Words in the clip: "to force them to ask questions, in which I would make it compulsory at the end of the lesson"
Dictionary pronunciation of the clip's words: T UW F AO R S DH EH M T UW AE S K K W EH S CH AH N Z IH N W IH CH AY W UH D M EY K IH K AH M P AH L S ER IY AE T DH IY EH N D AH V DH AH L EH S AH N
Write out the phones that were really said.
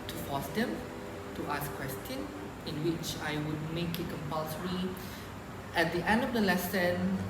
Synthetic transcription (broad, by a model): T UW F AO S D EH M T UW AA S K K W EH S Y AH N IH N W IH CH AY W UH D M EY K IH K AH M P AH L S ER IY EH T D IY EH N D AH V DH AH L EH S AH N